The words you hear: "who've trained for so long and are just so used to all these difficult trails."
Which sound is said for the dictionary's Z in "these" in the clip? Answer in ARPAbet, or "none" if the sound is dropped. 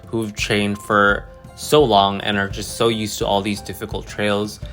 Z